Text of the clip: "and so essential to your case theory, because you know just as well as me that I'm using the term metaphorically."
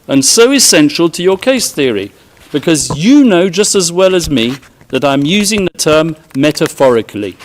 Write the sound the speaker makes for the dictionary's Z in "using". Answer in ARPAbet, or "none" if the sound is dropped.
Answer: Z